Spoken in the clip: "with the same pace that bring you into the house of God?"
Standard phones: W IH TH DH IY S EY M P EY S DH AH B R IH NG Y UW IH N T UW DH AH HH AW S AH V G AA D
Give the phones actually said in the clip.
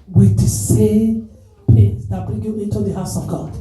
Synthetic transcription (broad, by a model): W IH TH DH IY S EY M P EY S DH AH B IH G Y UW IH N T UW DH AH HH AW S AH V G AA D